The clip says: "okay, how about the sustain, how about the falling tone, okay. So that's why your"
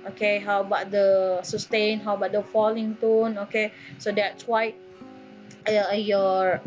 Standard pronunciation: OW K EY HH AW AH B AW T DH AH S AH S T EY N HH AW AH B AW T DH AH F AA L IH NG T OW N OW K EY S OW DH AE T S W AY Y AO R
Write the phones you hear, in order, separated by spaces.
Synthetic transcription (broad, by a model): OW K EY HH AW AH B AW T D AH S AH S T EY N HH AW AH B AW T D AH F AA L IH NG T OW N OW K EY S OW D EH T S W AY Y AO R